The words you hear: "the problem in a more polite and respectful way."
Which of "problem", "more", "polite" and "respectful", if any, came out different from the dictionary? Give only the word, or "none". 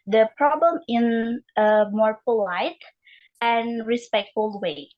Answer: none